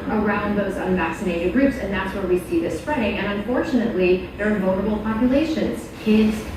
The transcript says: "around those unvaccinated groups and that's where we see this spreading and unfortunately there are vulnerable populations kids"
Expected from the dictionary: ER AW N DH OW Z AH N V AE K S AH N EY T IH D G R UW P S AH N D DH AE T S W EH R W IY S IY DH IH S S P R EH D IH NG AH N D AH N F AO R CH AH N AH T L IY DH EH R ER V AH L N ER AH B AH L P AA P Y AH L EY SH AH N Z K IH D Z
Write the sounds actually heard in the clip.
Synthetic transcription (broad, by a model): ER AW N DH OW Z AH N V AE K S AH N EY T IH D G R UW P S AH N DH AE T S W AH R W IY S IY DH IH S S P R EH D IH NG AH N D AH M F AO R CH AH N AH T L IY DH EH R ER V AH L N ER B L P AA P Y AH L EY SH AH N Z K IH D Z